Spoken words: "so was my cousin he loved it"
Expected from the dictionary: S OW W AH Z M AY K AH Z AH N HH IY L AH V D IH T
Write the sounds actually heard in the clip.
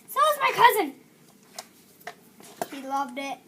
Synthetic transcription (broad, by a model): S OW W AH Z M AY K AH Z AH N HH IY L AH V D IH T